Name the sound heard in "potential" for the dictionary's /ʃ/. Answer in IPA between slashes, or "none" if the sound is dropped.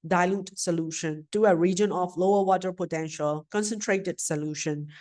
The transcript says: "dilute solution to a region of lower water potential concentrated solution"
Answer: /ʃ/